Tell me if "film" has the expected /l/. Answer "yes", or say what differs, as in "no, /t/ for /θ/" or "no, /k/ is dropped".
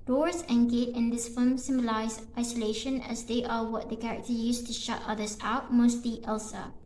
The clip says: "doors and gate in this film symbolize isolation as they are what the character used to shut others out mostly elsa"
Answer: no, /l/ is dropped